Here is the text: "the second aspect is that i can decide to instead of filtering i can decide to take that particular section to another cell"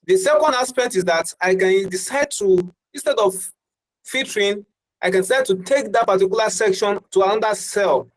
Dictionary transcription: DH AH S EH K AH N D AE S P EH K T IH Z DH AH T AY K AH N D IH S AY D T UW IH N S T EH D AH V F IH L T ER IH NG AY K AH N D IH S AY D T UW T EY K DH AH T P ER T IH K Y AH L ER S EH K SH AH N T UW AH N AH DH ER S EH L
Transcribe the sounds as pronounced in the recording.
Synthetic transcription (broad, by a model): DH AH S EH K AH N D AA S P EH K T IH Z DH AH T AY K AH N D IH S AY D T UW IH N S T EH D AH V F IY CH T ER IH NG AY K AH N D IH S AY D T UW T EY K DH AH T P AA T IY K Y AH L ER S EH K SH AH N T UW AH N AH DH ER S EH L